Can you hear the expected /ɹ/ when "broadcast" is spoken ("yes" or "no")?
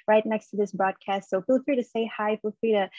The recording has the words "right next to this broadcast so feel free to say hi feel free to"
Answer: yes